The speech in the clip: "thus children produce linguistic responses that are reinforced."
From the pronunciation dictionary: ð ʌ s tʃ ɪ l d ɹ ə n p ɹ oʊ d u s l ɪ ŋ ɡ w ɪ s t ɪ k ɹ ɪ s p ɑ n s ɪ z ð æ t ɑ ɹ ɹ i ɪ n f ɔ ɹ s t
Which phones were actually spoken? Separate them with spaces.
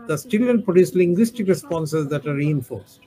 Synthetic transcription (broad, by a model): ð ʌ s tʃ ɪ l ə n p ɹ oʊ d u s l ɪ ŋ ɡ w ɪ s t ɪ k ɹ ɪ s p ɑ n s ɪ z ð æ t ɑ ɹ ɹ i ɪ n f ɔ ɹ s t